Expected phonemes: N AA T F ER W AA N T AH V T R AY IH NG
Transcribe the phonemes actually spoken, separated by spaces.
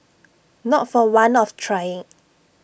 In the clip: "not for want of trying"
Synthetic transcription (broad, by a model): N AA T F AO W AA N AH F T R AY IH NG